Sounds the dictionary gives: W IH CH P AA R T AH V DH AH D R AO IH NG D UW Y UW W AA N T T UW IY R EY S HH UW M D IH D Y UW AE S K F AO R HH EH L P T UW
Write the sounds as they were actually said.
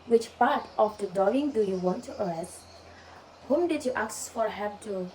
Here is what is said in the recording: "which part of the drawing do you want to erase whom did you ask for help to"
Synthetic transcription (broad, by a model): W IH CH P AA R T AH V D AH D AO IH NG D UW Y UW W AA N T T UW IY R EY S HH UW M D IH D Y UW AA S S F AO R HH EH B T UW